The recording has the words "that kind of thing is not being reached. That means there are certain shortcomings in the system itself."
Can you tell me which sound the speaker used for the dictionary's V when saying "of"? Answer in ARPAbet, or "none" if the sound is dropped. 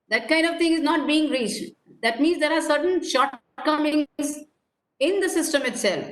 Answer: V